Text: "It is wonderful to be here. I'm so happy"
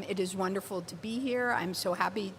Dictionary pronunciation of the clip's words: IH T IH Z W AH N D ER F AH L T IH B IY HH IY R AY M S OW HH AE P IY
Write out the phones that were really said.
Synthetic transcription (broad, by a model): IH T IH Z W AH N D ER F L T IH B IY HH IY R AY M S OW HH AE P IY